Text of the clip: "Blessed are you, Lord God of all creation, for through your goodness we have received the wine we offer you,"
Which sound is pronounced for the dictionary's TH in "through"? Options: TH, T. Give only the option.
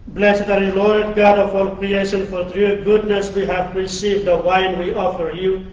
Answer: T